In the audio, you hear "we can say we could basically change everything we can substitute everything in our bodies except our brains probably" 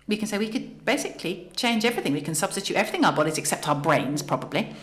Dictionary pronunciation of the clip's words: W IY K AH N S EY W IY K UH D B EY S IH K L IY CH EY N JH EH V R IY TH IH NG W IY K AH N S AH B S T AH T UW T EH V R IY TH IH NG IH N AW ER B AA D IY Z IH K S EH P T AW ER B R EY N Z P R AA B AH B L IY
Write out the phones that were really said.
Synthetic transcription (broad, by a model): W IY K AH N S EY W IY K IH D B EY S IH K L IY CH EY N JH EH V R IY TH IH NG W IY K AH N S AH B S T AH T UW T EH V R IY TH IH NG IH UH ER B AA D IY Z IH K S EH P T AW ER B R EY N Z P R AA B AH B L IY